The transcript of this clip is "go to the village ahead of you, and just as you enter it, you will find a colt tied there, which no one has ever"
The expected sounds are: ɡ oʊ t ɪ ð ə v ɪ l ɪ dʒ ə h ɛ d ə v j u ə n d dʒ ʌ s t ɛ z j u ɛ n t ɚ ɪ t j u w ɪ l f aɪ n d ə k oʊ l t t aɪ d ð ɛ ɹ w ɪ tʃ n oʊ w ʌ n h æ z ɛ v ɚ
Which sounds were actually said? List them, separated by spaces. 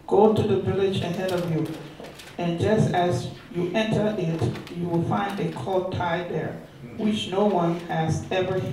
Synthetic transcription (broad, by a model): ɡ oʊ t ɪ ð ə v ɪ l ɪ dʒ ə h ɛ d ə v j u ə n dʒ ʌ s t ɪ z j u ɛ n t ɚ ɪ t j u w ɪ l f aɪ n d ə k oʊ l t t aɪ d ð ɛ ɹ w ɪ tʃ n oʊ w ʌ n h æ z ɛ v ɚ